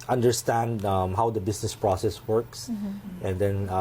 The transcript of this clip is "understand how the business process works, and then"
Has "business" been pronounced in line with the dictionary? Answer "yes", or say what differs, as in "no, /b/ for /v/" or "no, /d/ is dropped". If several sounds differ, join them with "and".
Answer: no, /s/ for /z/